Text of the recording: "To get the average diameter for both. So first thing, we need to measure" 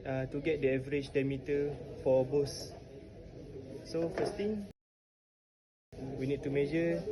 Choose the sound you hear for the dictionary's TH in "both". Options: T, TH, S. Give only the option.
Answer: S